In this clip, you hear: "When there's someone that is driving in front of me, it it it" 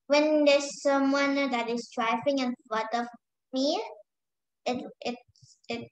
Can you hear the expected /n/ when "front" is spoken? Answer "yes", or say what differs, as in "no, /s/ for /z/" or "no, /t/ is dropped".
no, /n/ is dropped